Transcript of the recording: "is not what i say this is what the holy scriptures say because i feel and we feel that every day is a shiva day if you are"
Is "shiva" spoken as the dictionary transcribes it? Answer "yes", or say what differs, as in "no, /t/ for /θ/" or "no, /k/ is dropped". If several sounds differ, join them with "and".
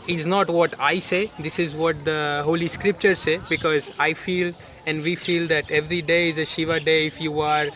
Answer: yes